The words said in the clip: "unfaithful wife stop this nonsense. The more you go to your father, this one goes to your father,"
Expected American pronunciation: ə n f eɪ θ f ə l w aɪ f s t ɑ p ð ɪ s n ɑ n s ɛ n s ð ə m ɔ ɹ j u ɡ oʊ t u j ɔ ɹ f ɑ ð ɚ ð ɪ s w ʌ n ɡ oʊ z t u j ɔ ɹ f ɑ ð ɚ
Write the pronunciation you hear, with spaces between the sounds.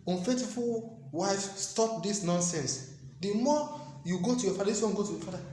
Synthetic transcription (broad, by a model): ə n f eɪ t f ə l w aɪ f s t ɑ p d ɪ s n ɑ n s ɛ n s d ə m ɔ j u ɡ oʊ t u j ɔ f ɑ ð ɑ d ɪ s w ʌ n ɡ oʊ t u j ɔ f ɑ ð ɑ